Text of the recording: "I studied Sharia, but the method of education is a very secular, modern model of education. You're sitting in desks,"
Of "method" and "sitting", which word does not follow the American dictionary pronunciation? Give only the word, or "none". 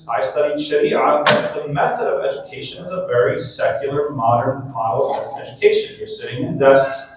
none